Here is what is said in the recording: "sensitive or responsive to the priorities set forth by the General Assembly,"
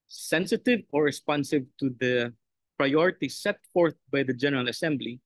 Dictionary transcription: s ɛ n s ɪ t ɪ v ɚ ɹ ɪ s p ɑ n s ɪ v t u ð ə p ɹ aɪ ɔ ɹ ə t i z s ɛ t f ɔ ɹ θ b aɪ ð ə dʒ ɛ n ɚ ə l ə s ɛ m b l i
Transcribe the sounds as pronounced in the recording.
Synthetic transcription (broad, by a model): s ɛ n s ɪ t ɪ v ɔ ɹ ɪ s p ɑ n s ɪ v t u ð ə p ɹ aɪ ɔ ɹ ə t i s ɛ t f ɔ ɹ θ b aɪ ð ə dʒ ɛ n ɚ ə l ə s ɛ m b l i